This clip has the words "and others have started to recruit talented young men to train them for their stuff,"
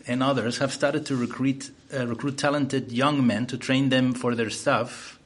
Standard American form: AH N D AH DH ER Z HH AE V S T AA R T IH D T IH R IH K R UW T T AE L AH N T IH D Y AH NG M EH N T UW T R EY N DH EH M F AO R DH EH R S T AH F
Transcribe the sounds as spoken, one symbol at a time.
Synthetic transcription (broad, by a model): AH N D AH DH ER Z HH AE V S T AA R T IH D T IH R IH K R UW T T AE L AH N T IH D Y AH NG M EH N T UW T R EY N DH EH M F AO R DH EH R S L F